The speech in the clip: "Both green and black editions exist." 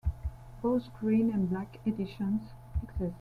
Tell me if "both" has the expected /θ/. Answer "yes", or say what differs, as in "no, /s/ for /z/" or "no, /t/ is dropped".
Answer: no, /s/ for /θ/